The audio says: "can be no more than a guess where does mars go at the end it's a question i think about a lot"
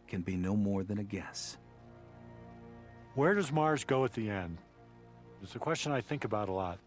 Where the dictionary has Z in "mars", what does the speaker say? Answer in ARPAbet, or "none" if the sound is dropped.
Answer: Z